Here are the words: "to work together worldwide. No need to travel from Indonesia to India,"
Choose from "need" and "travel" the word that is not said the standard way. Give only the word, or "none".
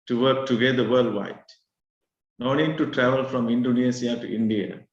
none